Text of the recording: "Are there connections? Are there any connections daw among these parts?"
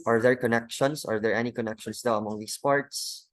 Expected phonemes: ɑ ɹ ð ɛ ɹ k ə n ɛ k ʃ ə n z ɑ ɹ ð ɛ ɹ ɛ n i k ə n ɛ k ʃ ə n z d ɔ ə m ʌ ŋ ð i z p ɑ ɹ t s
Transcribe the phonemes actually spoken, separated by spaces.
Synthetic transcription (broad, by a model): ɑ ɹ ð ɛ ɹ k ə n ɛ k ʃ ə n s ɑ ɹ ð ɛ ɹ ɛ n i k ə n ɛ k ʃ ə n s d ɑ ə m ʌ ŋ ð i s p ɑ ɹ t s